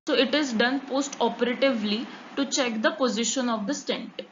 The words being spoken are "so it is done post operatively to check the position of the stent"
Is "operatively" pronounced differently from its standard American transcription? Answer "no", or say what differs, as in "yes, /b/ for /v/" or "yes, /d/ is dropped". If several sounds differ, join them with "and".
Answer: no